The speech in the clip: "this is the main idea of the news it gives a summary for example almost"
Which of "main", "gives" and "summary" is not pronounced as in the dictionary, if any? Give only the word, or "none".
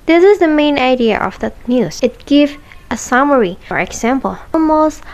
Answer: gives